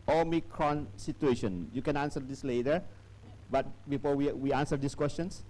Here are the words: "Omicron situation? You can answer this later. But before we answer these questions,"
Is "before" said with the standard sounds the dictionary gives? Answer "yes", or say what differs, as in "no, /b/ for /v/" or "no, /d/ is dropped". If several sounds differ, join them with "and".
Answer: no, /w/ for /ɹ/